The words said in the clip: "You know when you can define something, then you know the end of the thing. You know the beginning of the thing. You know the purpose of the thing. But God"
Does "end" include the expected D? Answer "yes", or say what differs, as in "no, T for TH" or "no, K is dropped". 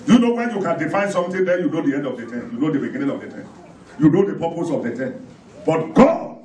yes